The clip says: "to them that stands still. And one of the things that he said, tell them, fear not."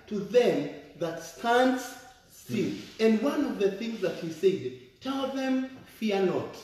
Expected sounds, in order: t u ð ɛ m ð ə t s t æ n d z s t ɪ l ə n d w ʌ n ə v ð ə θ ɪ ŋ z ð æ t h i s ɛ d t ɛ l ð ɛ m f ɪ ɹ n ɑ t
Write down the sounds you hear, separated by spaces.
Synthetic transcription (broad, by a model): t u ð ɛ m ð ə t s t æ n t s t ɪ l ə n d w ʌ n ə v ð ə θ ɪ ŋ z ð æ t h i s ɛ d t ɛ l ð ɛ m f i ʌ n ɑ t